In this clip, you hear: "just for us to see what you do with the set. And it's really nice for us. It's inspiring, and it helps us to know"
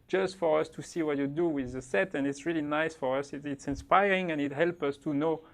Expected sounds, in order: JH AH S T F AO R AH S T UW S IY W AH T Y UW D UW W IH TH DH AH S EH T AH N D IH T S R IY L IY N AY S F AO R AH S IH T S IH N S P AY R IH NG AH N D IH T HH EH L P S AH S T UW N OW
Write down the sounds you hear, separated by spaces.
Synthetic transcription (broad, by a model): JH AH S T F AO R AH S T UW S IY W AH T Y UW D UW W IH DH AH S EH T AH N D IH T S R IY L IY N AY S F AO R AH S IH T S IH N S P AY R IH NG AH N IH T HH EH L P AH S T UW N OW